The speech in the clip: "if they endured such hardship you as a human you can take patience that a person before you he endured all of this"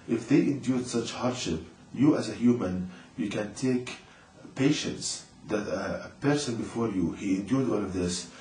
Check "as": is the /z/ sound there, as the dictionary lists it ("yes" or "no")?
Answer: yes